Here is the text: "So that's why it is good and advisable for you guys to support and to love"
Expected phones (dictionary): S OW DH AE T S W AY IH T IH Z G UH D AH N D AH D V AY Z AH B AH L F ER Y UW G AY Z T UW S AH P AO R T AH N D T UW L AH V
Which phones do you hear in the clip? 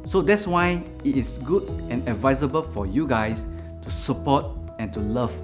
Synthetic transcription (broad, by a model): S OW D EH T S W AY IH T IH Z G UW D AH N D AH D V AY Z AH B AH L F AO Y UW G AY S T UW S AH P AO T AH N T UW L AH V